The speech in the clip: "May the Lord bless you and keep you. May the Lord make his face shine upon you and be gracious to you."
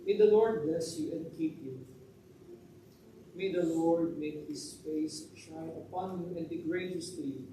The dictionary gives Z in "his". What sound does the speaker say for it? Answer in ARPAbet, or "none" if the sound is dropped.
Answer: S